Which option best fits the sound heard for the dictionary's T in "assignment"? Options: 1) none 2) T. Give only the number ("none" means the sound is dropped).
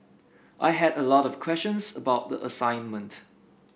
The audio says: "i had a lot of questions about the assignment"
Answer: 2